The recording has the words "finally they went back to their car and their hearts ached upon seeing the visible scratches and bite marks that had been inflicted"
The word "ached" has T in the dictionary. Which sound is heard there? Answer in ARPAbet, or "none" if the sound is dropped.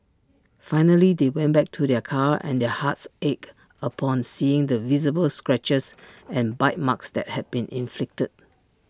none